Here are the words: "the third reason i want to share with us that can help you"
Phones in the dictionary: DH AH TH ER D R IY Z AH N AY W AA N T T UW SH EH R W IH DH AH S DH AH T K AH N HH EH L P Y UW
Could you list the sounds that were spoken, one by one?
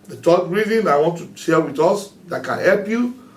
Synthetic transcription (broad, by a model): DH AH T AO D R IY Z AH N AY W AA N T T UW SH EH L W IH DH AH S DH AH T K AH N HH EH L P Y UW